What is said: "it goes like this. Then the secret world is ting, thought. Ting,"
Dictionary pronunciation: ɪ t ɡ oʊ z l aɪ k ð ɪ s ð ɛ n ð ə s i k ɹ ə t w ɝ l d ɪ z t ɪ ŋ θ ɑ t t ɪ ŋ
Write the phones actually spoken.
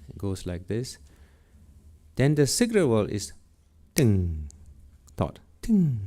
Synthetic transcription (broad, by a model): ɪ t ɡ oʊ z l aɪ k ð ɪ s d ɛ n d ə s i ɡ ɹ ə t w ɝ l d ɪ s t ɪ ŋ t ɑ t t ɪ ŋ